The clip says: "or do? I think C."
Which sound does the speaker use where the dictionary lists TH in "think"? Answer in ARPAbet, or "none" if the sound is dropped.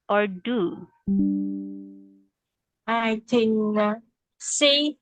T